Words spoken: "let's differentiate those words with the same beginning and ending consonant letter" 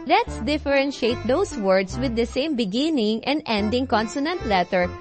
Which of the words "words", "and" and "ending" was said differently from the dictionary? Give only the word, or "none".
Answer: words